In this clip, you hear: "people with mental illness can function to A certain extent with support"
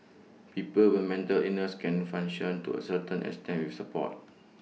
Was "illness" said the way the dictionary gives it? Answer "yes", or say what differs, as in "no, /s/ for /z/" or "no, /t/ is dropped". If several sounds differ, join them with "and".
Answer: no, /l/ is dropped